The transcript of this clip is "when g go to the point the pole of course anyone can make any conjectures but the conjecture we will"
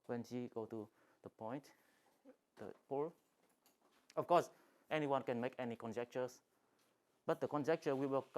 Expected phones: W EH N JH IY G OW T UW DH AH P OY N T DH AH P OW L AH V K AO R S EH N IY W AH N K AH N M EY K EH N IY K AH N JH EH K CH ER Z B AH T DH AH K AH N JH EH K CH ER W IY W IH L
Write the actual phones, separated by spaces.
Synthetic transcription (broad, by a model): W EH N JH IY G OW T UW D AH P OY N T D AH P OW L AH F K AO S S EH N IY W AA N K AH N M EY K EH N IY K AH N JH EH K CH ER S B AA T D AH K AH N JH EH K CH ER W IY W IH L